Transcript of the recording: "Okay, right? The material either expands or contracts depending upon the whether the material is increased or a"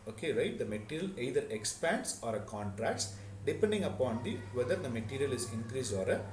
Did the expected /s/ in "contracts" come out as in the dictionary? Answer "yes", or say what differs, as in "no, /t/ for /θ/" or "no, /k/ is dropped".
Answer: yes